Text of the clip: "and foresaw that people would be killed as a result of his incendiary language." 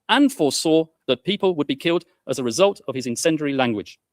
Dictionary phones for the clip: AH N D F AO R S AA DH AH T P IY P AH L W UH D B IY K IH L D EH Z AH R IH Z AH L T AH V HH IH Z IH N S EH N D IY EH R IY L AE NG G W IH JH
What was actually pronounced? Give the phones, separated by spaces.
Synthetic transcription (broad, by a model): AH N F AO S AA DH AH T P IY P AH L W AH D B IY K IH L D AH Z AH R IH Z AH L T AH V IH Z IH N S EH N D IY R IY L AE NG G W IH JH